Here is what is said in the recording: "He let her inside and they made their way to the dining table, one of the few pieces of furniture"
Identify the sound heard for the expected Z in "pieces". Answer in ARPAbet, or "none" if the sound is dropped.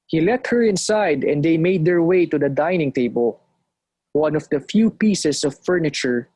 S